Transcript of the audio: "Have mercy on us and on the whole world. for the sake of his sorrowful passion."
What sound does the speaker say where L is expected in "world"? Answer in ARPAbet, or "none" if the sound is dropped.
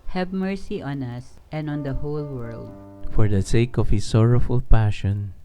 L